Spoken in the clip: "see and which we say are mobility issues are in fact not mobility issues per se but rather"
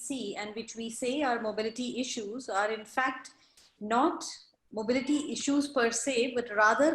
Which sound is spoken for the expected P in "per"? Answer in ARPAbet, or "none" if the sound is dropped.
P